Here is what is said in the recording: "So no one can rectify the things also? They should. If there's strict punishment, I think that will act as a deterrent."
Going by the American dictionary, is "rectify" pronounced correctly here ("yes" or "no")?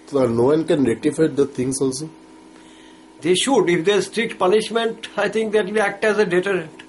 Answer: no